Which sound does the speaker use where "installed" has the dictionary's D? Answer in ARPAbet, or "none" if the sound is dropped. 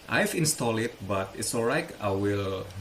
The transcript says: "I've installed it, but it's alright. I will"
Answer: none